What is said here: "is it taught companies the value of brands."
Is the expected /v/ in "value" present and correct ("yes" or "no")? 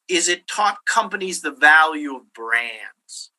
yes